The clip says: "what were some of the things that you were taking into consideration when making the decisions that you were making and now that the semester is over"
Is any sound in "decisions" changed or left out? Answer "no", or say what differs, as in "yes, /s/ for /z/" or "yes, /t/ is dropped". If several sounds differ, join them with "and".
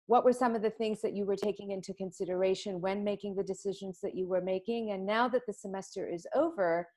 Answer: no